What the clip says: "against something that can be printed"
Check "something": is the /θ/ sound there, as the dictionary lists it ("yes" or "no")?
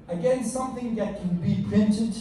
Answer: yes